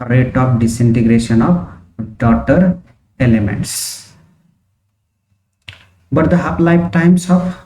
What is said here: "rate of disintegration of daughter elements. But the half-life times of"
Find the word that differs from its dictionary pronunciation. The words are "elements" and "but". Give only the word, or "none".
none